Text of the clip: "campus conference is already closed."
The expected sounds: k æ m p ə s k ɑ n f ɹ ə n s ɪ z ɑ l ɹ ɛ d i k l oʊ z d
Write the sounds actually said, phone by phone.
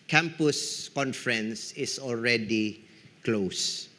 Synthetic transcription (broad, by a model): k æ m p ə s k ɑ n f ɹ ə n s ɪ s ɑ l ɹ ɛ d i k l oʊ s